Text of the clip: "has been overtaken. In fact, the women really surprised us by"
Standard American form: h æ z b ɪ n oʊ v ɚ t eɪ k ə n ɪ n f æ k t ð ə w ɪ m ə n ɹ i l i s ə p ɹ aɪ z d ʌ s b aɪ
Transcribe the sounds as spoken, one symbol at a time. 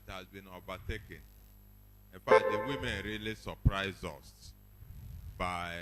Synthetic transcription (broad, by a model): h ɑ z b ɪ n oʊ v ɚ t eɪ k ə n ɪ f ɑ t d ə w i m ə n ɹ i l i s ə p ɹ aɪ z ʌ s b aɪ